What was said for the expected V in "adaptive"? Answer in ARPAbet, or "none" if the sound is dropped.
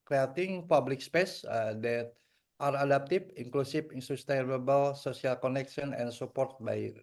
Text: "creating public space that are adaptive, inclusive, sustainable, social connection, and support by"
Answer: F